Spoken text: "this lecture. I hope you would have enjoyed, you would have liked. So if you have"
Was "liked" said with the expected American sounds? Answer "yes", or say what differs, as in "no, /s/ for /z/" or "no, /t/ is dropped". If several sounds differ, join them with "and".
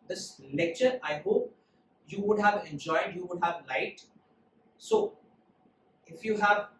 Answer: no, /k/ is dropped